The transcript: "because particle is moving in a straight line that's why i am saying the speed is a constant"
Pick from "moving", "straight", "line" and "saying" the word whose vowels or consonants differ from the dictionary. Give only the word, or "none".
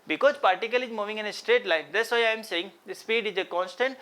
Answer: none